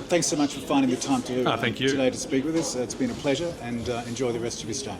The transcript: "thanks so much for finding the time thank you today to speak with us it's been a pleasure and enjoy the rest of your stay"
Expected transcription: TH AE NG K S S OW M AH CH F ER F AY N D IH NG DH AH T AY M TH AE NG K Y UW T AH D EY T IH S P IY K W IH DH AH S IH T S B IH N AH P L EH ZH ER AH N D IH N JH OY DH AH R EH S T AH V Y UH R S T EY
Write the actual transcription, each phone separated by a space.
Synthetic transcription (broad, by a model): TH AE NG K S S OW M AH CH F ER F AY N D IH NG DH AH T AY M TH AE NG K Y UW T AH D EY T IH S P IY K W IH DH AH S IH T S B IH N AH P L EH ZH ER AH N IH N JH OY DH AH R EH S T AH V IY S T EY